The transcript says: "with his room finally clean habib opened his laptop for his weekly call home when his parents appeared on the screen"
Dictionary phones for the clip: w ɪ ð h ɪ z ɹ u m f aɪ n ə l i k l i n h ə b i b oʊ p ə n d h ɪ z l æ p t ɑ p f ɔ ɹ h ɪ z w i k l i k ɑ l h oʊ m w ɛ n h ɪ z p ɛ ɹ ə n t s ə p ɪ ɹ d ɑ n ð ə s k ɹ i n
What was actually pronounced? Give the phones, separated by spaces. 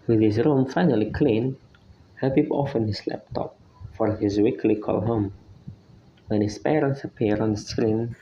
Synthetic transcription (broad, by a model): w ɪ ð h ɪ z ɹ u m f aɪ n ə l i k l i n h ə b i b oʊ f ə n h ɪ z l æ p t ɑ p f ɔ ɹ h ɪ z w i k l i k ɑ l h oʊ m w ɛ n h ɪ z p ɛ ɹ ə n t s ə p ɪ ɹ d ɑ n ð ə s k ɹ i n